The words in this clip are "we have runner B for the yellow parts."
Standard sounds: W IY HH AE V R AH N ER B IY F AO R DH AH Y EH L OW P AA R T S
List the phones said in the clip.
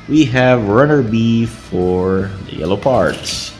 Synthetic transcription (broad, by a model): W IY HH AE V R AH N ER B IY F AO R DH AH Y EH L OW P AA R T S